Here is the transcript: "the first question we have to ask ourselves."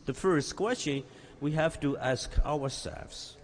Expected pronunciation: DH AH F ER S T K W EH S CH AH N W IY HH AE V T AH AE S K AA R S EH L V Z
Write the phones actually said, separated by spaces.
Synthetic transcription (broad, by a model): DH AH F ER S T K W EH S CH AH N W IY HH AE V T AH AE S K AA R S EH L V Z